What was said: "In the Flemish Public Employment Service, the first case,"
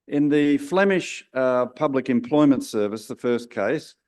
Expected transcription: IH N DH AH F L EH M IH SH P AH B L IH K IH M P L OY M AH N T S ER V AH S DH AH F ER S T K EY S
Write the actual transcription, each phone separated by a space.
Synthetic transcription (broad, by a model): IH N DH AH F L EH M IH SH P AH B L IH K IH M P L OY M AH N T S ER V AH S DH AH F ER S K EY S